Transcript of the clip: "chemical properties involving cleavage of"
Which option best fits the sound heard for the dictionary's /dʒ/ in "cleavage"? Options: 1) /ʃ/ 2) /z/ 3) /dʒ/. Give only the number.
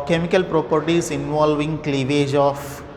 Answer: 3